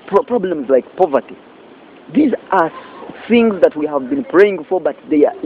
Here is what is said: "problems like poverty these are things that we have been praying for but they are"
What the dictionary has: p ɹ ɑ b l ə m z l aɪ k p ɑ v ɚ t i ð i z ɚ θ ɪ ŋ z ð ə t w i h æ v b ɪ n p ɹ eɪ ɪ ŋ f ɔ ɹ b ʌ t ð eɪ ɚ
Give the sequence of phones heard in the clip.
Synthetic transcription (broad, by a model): p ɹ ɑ b l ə m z l aɪ k p ɑ v ɚ t i ð i z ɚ θ ɪ ŋ z ð ə t w i h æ v b ɪ n p ɹ eɪ ɪ ŋ f ɔ ɹ b ʌ t ð eɪ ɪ